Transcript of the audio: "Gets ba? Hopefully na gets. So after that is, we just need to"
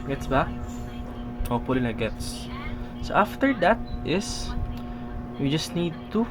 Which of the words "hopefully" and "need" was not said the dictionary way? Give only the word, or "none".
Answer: hopefully